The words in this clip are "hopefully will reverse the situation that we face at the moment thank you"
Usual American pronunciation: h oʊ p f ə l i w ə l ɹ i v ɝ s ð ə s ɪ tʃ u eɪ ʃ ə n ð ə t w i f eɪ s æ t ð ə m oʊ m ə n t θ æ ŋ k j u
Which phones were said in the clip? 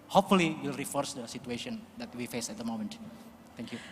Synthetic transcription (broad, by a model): h oʊ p f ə l i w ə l ɹ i f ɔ s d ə s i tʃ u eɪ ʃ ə n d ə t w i f eɪ s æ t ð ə m oʊ m ə n t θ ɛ ŋ k j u